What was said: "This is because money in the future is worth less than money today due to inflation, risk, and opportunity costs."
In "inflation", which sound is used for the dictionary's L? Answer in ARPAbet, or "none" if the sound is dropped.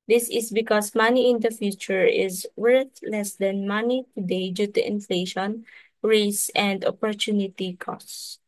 L